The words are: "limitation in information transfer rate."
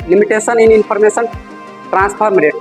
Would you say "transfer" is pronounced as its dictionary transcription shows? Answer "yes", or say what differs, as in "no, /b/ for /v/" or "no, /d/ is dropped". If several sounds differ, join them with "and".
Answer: no, /p/ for /f/